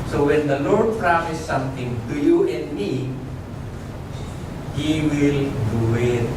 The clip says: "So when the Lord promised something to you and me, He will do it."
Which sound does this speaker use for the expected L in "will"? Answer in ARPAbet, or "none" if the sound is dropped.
L